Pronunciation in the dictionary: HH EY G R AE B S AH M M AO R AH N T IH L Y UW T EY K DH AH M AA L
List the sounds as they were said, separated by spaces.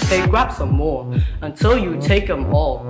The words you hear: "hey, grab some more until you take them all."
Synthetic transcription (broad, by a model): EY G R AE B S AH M M AO R AH N T IH L Y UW T EY K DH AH M AA L